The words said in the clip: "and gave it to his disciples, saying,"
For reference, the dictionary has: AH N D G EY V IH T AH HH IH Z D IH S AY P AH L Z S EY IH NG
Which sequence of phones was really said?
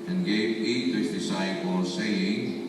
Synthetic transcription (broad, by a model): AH N G EY IH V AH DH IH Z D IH S AY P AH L S EY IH NG